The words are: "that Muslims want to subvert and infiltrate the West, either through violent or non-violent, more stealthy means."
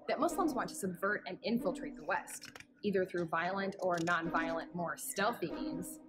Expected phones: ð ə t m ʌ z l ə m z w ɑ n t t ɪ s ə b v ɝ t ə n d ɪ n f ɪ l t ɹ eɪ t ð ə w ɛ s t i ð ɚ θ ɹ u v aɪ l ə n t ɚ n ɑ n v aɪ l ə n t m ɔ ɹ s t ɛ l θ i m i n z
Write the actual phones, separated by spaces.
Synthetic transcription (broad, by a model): ð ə t m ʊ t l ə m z w ɑ n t t ɪ s ə b v ɝ t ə n ɪ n f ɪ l t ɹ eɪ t ð ə w ɛ s t i ð ɚ θ ɹ u v aɪ l ə n t ɚ n ɑ n v aɪ l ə n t m ɔ ɹ s t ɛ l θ i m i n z